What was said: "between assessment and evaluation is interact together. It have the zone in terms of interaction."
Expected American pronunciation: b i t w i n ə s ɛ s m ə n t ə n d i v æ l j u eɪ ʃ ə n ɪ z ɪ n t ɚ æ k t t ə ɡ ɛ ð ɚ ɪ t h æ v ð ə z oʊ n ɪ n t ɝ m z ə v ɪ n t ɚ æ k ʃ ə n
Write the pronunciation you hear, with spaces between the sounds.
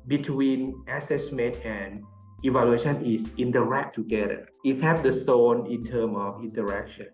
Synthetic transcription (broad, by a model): b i t w i n ə s ɛ s m ə n t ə n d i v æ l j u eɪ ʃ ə n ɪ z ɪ n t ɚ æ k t t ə ɡ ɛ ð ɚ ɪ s h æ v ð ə s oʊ n ɪ n t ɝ m ə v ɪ n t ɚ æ k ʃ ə n